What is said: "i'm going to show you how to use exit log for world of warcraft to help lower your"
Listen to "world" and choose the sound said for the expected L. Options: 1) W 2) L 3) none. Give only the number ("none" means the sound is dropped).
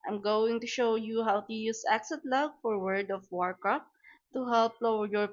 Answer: 3